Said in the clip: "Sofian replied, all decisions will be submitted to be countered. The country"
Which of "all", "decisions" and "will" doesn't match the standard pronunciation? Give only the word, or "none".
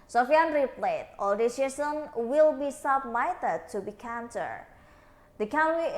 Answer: decisions